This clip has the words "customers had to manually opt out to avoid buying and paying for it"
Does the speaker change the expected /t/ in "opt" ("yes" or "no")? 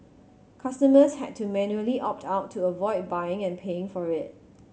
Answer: no